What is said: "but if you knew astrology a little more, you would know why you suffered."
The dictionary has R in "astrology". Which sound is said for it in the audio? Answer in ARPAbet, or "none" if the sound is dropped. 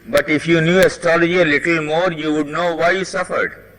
R